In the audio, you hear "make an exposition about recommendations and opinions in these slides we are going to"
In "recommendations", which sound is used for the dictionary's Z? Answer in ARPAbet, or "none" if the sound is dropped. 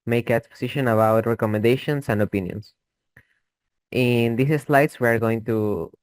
S